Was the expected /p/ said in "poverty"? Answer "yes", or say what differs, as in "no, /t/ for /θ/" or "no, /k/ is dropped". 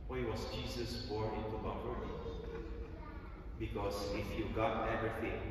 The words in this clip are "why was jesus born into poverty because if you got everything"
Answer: no, /b/ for /p/